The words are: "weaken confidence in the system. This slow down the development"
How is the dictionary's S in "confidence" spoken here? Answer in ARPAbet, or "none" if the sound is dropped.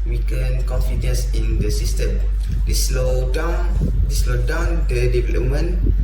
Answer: S